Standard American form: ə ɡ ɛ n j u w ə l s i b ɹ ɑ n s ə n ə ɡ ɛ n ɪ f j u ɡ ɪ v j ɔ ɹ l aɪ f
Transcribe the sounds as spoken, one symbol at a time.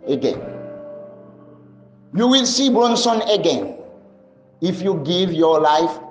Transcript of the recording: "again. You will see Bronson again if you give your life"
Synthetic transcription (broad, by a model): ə ɡ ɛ n j u w ə l s i b ɹ ɑ n s ə n ə ɡ ɛ n ɪ f j u ɡ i v j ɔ l aɪ f